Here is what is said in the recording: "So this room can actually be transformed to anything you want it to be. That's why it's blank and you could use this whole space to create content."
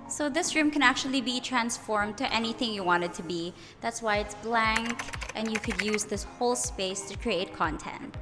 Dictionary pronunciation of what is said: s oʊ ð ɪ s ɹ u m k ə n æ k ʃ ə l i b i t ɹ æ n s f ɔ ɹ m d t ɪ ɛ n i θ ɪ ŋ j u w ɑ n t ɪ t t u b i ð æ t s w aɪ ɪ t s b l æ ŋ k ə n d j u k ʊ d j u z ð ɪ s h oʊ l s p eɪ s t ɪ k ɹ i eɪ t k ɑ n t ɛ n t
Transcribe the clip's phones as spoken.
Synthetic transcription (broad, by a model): s oʊ ð ɪ s ɹ u m k ə n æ k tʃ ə l i b i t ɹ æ n s f ɔ ɹ m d t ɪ ɛ n i θ ɪ ŋ j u w ɑ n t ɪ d t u b i ð æ t s w aɪ ɪ t s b l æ ŋ k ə n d j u k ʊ d j u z ð ɪ s h oʊ l s p eɪ s t ɪ k ɹ i eɪ t k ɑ n t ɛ n t